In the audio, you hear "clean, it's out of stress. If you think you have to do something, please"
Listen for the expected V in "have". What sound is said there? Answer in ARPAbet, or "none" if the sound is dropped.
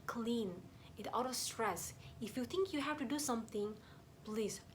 F